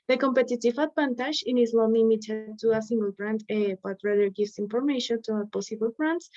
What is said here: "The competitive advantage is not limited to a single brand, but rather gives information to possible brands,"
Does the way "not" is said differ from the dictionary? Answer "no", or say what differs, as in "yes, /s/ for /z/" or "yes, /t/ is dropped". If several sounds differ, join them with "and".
yes, /l/ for /n/